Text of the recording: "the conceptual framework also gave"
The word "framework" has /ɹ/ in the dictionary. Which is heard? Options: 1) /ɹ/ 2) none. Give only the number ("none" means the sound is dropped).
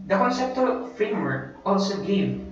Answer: 1